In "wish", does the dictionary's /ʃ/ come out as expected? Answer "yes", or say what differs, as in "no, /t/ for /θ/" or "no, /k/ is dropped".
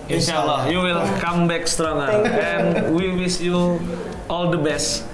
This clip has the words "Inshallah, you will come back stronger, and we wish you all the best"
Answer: no, /s/ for /ʃ/